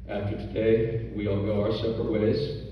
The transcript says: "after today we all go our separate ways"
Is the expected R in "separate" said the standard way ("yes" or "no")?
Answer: no